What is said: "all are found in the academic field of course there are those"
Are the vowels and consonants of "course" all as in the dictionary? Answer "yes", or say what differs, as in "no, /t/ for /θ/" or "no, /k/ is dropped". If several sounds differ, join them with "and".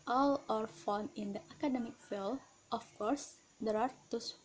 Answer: yes